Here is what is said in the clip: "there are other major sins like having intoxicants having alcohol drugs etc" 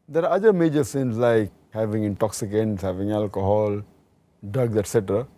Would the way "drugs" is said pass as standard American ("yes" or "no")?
no